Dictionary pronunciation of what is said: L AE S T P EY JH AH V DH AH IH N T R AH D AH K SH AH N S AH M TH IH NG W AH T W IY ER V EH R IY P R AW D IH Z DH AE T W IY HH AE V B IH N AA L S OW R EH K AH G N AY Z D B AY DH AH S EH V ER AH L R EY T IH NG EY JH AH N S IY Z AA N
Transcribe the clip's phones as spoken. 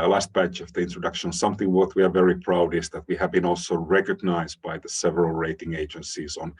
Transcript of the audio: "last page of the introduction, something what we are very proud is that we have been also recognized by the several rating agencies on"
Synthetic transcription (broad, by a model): L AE S T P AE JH AH V DH AH IH N T R AH D AH K SH AH N S AH M TH IH NG W AH T W IY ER V EH R IY P R AW D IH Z DH AE T W IY HH AE V B IH N AA L S OW R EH K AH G N AY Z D B AY DH AH S EH V ER AH L R EY T IH NG EY JH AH N S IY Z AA N